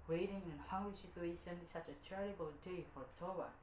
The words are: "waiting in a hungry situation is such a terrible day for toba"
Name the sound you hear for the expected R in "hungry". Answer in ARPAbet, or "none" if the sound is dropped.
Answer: none